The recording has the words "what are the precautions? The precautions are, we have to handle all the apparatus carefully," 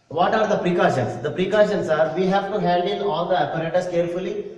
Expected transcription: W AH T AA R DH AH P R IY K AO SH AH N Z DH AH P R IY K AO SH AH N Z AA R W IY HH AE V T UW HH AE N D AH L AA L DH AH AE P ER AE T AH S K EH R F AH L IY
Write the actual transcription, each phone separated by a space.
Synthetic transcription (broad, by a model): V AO T AA R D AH P R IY K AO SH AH N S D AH P R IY K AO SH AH N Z AA R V IY HH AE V T UW HH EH L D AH N AA L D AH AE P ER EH T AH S K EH R F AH L IY